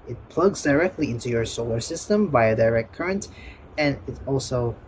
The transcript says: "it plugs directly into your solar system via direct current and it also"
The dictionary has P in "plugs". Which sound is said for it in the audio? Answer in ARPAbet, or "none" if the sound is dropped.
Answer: P